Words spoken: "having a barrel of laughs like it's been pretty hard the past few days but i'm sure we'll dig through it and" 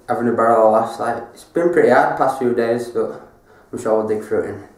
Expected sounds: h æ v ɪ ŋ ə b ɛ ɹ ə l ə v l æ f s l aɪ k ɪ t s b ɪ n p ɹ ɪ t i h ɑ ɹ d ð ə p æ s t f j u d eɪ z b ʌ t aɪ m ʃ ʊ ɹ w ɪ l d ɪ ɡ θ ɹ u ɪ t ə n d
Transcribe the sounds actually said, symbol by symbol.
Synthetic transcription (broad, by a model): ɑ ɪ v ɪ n ə b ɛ ɹ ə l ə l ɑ s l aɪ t ɪ t s b ɪ n p ɹ ɪ t i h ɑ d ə p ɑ s t f j u d eɪ z b ʌ t aɪ m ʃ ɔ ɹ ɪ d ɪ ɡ f ɹ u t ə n